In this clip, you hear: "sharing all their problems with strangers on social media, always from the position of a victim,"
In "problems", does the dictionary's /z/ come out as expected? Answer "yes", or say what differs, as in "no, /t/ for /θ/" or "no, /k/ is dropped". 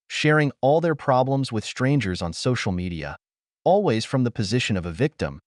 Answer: yes